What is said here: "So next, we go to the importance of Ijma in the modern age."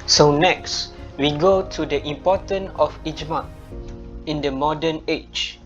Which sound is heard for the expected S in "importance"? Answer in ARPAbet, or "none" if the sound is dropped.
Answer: none